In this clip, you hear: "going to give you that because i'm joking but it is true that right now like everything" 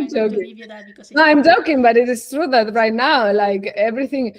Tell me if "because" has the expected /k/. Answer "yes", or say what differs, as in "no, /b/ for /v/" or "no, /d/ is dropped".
no, /k/ is dropped